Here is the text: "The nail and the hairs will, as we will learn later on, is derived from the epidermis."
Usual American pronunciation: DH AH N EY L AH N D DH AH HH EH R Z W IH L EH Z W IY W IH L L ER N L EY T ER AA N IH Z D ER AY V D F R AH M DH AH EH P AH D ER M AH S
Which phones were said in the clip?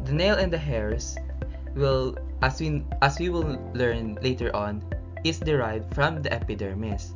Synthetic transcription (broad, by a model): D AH N EY L AH N D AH HH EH R S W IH L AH S W IY W IH L L ER N L EY T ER AA N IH S D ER AY V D F R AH M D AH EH P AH D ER M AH S